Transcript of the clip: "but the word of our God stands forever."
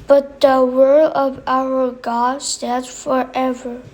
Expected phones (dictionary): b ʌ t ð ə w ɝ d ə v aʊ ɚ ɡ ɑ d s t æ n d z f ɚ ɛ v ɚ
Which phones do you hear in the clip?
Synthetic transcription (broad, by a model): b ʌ t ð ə w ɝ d ə v aʊ ɚ ɡ ɑ d s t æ d f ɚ ɛ v ɚ